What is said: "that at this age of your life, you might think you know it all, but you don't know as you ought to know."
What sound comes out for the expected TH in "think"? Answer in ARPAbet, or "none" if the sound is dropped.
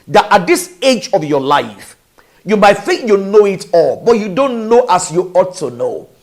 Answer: TH